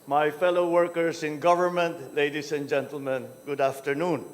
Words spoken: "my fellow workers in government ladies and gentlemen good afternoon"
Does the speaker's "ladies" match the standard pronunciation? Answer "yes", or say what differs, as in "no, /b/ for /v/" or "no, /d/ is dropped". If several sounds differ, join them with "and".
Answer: no, /s/ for /z/